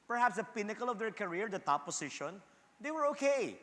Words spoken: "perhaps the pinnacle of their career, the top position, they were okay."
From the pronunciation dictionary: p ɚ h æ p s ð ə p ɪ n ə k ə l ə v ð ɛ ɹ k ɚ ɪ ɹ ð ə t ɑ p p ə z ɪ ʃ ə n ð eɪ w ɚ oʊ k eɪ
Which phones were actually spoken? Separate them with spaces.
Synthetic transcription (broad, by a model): p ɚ h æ p s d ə p ɪ n ə k ə l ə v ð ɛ ɹ k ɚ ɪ ɹ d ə t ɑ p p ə s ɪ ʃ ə n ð eɪ w ɚ oʊ k eɪ